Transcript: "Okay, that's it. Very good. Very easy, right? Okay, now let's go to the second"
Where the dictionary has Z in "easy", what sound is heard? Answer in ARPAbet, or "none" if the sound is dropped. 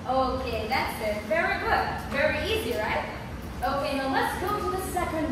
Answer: Z